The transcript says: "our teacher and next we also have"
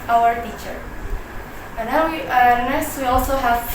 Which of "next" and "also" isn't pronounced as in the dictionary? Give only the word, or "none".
next